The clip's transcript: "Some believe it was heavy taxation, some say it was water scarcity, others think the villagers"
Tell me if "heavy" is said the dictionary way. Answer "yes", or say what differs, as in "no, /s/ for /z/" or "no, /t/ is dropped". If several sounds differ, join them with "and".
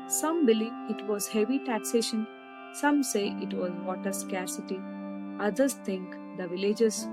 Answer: yes